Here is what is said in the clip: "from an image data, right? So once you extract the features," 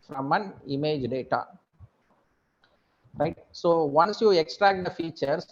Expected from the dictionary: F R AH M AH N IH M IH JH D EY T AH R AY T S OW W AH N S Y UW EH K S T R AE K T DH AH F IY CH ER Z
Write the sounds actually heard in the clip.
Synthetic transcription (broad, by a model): F R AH M AH N IH M IH JH D EY T AH R AY T S OW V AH N S Y UW EH K S T R AE K T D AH F IY CH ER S